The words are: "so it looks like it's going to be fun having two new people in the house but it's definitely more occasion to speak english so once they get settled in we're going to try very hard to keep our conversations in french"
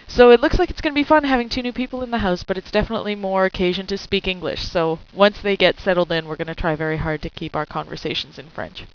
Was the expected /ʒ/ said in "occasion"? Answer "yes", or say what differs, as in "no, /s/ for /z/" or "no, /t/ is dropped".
yes